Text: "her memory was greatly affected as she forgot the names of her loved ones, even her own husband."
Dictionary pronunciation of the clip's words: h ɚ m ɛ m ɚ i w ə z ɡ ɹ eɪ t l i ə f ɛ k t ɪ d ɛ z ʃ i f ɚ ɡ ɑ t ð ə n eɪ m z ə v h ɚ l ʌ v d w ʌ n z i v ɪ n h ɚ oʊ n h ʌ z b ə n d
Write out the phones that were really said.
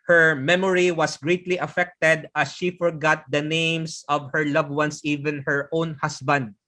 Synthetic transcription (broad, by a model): h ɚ m ɛ m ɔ i w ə s ɡ ɹ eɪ t l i ə f ɛ k t ɪ d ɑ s ʃ i f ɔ ɡ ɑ t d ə n eɪ m s ə v h ɚ l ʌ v w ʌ n s i v ɪ n h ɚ oʊ n h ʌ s b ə n d